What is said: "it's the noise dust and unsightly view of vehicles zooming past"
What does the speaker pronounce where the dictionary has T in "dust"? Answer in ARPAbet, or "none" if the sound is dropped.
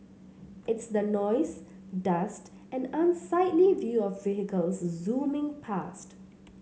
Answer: T